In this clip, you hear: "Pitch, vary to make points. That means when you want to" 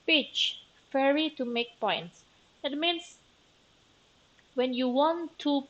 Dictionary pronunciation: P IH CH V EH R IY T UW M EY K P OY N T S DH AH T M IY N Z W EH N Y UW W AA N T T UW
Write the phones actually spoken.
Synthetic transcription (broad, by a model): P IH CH F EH R IY T UW M EY K P OY N T S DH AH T M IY N S W EH N Y UW W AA N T T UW